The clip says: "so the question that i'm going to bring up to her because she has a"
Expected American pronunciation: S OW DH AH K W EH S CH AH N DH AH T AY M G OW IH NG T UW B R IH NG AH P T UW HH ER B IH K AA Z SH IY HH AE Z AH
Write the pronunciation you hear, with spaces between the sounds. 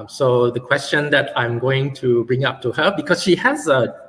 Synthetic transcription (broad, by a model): S OW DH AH K W EH S CH AH N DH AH T AY M G OW IH NG T UW B R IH NG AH P T UW HH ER B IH K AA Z SH IY HH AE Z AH